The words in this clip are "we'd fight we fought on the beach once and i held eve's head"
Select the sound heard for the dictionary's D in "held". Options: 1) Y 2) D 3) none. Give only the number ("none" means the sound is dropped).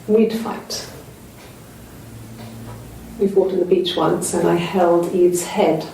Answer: 2